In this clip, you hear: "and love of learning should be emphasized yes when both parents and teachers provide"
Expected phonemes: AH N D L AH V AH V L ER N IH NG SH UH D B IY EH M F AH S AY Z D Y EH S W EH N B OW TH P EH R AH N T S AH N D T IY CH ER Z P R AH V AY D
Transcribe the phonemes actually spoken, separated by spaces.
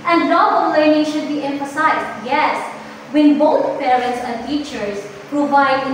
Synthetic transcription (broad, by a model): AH N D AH B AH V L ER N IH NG SH UH D B IY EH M F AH S AY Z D Y EH S W EH N B OW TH P EH R AH N T S AH N D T IY CH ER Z P R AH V AY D